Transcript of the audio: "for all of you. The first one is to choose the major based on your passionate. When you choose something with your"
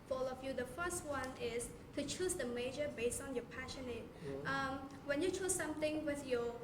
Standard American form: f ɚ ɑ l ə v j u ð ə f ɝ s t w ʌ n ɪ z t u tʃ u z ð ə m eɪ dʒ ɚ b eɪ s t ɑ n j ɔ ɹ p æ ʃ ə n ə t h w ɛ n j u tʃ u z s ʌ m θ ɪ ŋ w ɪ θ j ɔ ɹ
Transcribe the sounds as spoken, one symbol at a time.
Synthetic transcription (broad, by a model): f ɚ ɑ l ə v j u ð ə f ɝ s t w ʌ n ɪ s t u tʃ u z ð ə m eɪ dʒ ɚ b eɪ s t ɑ n j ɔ p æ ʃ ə n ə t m w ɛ n j u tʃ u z s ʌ m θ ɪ ŋ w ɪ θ j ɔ